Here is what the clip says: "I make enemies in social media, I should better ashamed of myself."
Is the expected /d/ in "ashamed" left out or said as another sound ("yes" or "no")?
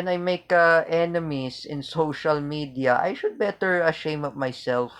yes